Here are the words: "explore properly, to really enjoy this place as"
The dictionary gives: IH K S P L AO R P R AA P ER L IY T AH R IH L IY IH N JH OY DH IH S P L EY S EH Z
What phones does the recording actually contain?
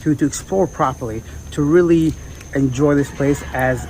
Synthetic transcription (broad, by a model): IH K S P L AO R P R AA P ER L IY T AH R IH L IY IH N JH OY DH IH S P L EY S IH Z